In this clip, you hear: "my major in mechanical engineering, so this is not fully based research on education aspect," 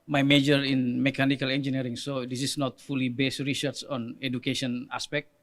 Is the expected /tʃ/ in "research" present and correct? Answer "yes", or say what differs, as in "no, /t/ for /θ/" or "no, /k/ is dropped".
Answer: no, /s/ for /tʃ/